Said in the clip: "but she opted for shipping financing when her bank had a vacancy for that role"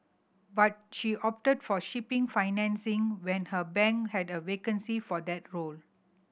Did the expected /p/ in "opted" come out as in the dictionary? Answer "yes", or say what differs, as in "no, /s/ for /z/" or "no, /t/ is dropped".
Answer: yes